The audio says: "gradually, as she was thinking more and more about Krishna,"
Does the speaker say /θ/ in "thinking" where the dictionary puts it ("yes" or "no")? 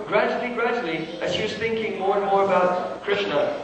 yes